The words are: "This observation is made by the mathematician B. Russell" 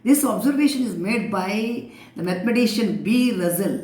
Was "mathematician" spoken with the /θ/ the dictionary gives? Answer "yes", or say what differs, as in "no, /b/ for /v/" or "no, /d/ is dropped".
no, /t/ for /θ/